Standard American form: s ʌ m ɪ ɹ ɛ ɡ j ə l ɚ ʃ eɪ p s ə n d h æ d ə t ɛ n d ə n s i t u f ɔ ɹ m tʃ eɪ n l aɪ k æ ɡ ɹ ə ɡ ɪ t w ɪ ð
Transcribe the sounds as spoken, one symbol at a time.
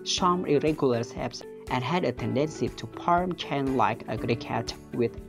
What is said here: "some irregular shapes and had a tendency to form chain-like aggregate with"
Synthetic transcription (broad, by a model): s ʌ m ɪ ɹ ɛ ɡ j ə l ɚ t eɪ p s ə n h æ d ə t ɛ n d ə n s i t u p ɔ ɹ m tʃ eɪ n l aɪ k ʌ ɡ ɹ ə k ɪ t w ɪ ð